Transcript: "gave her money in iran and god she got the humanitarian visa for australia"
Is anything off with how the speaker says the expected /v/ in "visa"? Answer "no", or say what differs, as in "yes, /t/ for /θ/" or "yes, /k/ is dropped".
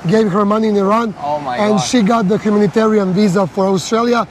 no